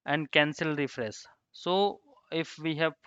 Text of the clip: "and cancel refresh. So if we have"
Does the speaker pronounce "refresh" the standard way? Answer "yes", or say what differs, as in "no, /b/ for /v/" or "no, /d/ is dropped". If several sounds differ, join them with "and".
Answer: no, /s/ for /ʃ/